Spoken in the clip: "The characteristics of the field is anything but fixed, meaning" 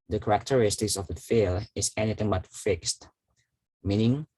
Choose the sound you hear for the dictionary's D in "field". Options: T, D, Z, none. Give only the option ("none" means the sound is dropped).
none